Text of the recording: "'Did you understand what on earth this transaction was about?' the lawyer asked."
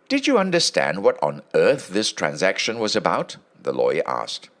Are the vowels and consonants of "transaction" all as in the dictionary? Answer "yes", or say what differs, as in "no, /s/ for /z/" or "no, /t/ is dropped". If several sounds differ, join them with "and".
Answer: yes